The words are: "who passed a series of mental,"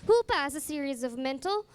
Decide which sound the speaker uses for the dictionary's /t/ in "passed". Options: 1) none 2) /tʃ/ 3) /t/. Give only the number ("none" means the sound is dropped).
1